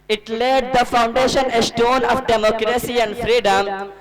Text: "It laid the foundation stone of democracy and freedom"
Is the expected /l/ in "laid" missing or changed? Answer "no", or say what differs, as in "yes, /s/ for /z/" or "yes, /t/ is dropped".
no